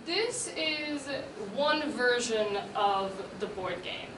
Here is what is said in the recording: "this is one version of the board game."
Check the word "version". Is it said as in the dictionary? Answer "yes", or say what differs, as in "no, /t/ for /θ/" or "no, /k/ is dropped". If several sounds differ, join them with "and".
yes